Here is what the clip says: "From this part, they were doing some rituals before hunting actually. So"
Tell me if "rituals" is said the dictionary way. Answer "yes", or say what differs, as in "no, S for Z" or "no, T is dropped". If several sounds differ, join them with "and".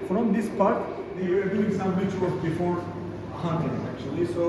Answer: no, W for R and L is dropped